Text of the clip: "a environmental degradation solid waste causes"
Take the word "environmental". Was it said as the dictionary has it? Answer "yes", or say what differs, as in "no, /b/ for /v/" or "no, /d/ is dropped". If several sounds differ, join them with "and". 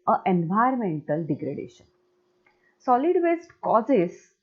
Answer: no, /ɹ/ is dropped